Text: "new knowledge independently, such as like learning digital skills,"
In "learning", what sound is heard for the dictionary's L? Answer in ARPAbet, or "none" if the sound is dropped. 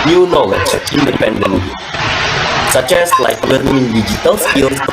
W